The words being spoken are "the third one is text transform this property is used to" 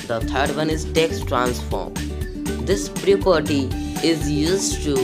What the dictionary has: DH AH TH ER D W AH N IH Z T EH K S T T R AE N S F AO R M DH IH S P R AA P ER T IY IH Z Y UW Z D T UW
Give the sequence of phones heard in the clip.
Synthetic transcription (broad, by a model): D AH T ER D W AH N IH Z T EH K S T T R AE N S F AO R M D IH S P R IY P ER T IY IH Z Y UW Z D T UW